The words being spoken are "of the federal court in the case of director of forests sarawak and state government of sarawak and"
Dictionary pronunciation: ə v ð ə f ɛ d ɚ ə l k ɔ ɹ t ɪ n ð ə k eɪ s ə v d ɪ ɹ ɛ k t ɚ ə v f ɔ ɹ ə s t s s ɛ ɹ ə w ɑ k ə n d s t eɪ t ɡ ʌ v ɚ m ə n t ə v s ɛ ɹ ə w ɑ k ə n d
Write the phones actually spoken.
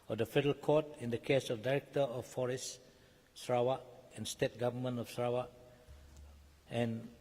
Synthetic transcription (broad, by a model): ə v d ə f ɛ d ɚ ə l k ɔ t ɪ n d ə k eɪ s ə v d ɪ ɹ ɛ k t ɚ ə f ɔ ɹ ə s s s ɹ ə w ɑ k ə n s t eɪ t ɡ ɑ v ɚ m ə n ə f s ɹ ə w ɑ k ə n